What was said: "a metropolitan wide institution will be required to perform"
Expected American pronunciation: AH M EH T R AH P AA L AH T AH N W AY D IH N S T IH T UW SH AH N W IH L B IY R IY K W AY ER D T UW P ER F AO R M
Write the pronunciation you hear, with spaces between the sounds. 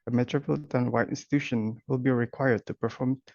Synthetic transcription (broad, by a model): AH M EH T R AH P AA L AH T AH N W AY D IH N S T IH T UW SH AH N W IH L B IY R IY K W AY ER D T UW P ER F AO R M